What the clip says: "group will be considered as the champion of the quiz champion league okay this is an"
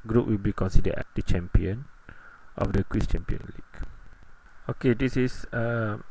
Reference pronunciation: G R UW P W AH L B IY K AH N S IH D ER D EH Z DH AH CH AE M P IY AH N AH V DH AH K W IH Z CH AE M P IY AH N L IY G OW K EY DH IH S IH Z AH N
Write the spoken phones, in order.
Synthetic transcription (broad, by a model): G R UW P W AH L B IY K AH N S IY D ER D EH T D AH CH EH M P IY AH N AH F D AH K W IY S CH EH M P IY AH N L IY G OW K EY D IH S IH S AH